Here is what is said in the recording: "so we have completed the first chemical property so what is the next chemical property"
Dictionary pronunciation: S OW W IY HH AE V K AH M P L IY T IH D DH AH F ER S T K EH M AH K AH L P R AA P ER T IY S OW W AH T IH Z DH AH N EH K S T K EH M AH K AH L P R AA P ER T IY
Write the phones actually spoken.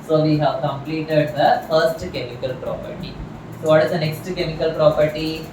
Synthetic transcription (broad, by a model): S OW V IY HH AE V K AH M P L IY T IH D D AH F ER S T K EH M AH K AH L P R AA P ER T IY S OW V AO T IH Z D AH N EH K S T K EH M AH K AH L P R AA P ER T IY